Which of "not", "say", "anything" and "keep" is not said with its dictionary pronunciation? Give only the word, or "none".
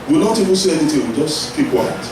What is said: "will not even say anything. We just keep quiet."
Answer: anything